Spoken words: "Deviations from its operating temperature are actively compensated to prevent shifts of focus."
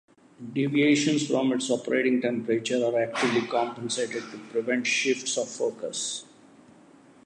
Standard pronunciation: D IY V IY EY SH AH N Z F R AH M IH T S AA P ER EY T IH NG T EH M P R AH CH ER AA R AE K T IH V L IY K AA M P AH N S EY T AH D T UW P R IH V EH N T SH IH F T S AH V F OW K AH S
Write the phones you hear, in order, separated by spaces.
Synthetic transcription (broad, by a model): D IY V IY EY SH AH N S F R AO M IH T S AA P ER EY T IH NG T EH M P R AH CH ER AA R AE K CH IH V L IY K AA M P AH N S EY T AH D T UW P R IH V EH N T SH IH F T S AH V F OW K AH S